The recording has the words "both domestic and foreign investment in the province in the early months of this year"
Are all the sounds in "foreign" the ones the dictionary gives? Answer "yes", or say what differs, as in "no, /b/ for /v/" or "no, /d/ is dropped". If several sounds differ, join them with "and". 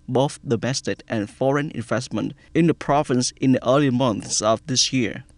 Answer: yes